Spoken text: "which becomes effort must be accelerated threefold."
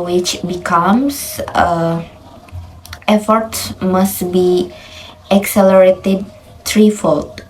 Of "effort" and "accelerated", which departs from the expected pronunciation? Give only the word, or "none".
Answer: none